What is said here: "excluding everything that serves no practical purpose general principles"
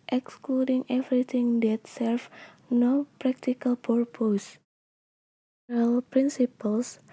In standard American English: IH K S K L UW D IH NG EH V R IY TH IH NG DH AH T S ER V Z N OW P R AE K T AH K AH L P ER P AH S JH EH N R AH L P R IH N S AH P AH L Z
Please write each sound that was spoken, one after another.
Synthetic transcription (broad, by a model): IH K S K L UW D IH NG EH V R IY T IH NG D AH T S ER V N OW P R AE K T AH K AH L P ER P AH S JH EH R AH L P R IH N S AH P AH L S